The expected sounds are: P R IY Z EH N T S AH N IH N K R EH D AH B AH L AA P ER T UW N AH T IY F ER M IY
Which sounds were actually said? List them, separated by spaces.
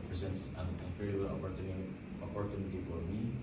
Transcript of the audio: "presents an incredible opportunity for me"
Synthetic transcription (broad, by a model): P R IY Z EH N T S AH N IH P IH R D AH AH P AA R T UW N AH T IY F ER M IY